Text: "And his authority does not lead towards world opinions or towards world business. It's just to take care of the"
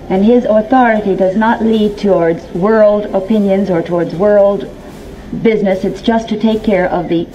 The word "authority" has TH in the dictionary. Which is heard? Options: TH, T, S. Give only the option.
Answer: TH